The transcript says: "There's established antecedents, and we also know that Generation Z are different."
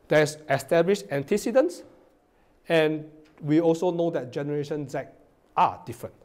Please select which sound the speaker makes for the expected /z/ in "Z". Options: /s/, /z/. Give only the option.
/s/